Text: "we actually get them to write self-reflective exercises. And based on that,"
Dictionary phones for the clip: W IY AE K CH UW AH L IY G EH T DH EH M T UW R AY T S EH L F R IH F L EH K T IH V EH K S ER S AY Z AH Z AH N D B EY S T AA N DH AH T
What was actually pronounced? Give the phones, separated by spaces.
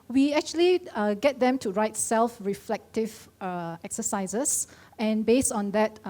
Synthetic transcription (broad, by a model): W IY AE K CH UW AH L IY G EH T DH EH M T UW R AY T S EH L F R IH F L EH K T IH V EH K S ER S AY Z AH S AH N B EY S T AA N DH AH T